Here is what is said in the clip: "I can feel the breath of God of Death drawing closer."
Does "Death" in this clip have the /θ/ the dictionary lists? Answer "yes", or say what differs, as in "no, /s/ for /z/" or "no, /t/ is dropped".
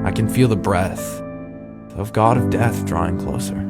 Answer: yes